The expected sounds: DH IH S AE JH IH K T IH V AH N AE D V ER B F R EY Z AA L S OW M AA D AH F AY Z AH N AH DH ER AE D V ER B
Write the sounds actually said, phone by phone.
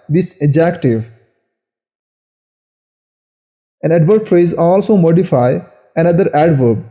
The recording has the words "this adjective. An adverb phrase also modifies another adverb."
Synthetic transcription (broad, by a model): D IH S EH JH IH K T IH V AH N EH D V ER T F R EY Z AA L S OW M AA D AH F AY AH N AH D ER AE D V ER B